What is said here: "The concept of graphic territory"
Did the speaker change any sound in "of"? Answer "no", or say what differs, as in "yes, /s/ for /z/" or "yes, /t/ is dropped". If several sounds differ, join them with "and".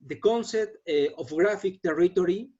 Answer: yes, /f/ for /v/